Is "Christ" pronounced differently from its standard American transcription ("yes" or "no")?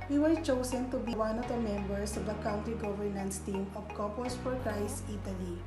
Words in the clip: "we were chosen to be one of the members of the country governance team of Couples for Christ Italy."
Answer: yes